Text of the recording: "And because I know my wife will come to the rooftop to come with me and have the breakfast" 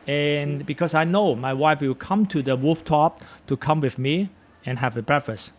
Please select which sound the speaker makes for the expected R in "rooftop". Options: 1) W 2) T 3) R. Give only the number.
1